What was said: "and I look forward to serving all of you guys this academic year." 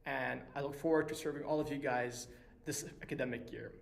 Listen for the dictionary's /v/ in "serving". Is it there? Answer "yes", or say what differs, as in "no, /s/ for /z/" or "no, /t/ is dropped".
yes